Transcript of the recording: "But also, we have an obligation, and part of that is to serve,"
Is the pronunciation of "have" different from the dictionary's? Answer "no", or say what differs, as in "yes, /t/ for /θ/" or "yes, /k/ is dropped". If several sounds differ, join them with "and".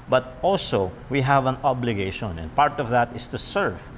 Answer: no